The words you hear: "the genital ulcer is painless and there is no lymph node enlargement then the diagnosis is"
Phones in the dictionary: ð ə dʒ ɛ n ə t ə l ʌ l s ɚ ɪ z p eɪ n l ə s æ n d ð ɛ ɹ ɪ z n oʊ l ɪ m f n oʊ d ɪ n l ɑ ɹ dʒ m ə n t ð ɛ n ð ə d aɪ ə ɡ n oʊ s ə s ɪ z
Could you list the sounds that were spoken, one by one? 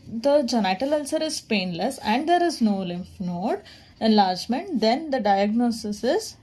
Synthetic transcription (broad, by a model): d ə dʒ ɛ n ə t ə l ʌ l s ɚ ɪ z p eɪ n l ə s æ n d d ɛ ɹ ɪ z n oʊ l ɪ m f n oʊ d ɪ n l ɑ ɹ dʒ m ə n t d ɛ n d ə d aɪ ə ɡ n oʊ s ə s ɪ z